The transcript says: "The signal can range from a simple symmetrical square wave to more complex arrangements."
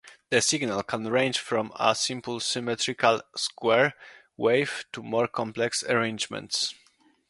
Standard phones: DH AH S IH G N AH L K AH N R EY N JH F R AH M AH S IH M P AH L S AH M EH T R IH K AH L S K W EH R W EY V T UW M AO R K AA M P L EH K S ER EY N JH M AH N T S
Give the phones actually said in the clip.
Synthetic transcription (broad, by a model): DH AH S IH G N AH L K AH N R EY N JH F R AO M AH S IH M P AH L S AH M EH T R IH K AH L S K W EH R W EY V T UW M AO R K AA M P L EH K S ER EY N JH M AH N T S